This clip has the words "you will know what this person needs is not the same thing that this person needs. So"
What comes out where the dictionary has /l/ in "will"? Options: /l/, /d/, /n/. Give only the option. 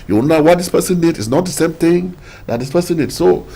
/n/